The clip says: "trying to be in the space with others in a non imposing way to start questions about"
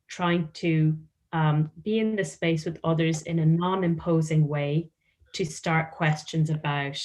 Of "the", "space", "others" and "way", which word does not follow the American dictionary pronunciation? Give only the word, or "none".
none